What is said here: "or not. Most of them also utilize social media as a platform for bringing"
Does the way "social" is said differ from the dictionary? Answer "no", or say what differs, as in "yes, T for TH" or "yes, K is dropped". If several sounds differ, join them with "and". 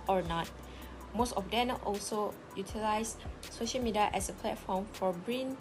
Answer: no